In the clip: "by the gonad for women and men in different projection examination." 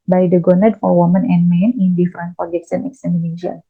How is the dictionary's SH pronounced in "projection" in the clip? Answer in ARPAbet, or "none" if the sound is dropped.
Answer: S